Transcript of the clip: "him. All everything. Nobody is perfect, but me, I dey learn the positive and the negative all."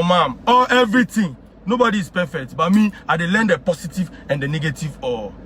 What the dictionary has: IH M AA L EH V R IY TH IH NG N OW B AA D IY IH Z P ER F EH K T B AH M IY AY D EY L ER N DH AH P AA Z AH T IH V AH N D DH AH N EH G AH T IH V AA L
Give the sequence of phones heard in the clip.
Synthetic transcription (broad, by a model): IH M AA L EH V R IY T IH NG N OW B AA D IY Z P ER F EH K T B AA M IY AY D EY L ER N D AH P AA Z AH T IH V AH N D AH N EH G AH T IH V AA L